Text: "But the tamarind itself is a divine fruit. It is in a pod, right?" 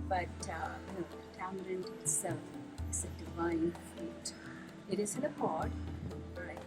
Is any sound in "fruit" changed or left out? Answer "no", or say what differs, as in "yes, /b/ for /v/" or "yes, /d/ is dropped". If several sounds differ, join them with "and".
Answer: yes, /ɹ/ is dropped